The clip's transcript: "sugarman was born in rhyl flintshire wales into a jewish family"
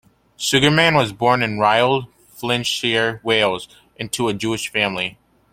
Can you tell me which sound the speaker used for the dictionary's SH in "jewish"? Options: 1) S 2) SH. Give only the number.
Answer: 2